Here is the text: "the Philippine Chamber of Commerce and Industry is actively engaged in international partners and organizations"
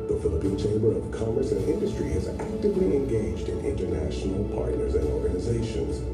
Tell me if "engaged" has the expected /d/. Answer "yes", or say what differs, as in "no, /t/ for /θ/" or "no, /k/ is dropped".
yes